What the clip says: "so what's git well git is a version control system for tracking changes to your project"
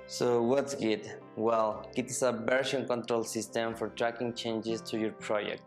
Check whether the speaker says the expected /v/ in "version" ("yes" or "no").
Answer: no